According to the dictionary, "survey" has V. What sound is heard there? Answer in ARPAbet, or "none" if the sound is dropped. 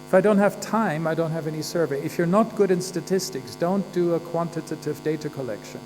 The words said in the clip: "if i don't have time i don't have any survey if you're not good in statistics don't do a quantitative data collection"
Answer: V